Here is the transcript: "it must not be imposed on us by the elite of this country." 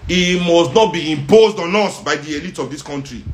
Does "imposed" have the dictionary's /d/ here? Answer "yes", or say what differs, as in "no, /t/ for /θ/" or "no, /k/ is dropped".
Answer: yes